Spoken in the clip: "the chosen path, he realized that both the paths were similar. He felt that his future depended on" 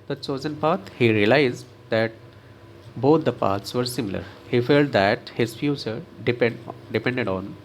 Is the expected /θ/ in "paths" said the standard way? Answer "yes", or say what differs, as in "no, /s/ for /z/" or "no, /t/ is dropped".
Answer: no, /t/ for /θ/